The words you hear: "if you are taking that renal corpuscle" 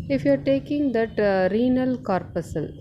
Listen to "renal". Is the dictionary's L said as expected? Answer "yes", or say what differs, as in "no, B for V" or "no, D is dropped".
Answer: yes